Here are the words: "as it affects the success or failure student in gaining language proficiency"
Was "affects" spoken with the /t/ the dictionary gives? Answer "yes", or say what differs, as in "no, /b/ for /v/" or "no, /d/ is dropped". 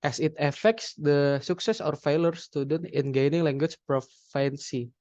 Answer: yes